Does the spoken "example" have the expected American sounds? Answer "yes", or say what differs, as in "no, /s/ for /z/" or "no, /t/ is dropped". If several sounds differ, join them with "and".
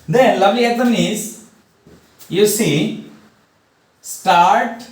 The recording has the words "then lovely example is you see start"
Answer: no, /p/ is dropped